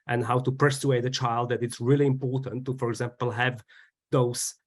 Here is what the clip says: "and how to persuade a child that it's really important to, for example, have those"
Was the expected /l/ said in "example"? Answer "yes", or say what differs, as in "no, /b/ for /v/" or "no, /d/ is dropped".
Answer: yes